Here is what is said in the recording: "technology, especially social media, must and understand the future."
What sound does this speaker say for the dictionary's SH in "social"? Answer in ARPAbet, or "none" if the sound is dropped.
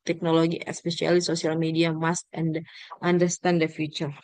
S